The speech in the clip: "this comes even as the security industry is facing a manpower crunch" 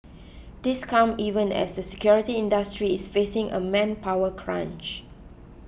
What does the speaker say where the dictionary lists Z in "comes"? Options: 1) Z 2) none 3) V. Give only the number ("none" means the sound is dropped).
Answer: 2